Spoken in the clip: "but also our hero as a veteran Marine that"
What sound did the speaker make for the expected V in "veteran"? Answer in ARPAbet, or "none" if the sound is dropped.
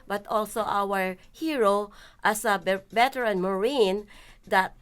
B